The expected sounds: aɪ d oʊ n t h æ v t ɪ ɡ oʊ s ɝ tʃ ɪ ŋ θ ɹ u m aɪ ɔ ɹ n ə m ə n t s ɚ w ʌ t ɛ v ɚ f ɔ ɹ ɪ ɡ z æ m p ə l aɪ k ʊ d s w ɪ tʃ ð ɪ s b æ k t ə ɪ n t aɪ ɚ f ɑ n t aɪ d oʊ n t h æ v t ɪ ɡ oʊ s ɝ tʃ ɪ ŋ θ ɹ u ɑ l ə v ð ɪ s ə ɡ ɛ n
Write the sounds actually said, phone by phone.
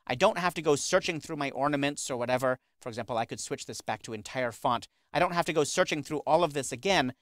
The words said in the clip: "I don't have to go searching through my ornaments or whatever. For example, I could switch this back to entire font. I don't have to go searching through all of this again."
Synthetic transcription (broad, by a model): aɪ d oʊ n t h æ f t ɪ ɡ oʊ s ɝ tʃ ɪ ŋ θ ɹ u m aɪ ɔ ɹ n ə m ə n t s ɚ w ʌ t ɛ v ɚ f ɔ ɹ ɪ ɡ z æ m p l aɪ k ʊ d s w ɪ tʃ ð ɪ s b æ k t ə ɪ n t aɪ ɚ f ɑ n t aɪ d oʊ n t h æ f t ɪ ɡ oʊ s ɝ tʃ ɪ ŋ θ ɹ u ɑ l ə v ð ɪ s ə ɡ ɛ n